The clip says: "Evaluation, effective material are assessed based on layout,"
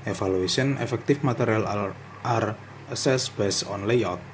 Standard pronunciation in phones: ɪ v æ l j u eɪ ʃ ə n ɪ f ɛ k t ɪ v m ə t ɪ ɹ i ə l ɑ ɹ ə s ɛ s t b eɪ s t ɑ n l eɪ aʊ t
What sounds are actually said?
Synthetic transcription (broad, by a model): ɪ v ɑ l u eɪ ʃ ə n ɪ f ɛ k t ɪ f m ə t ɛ ɹ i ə l ɑ ɹ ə s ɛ s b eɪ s ɑ n l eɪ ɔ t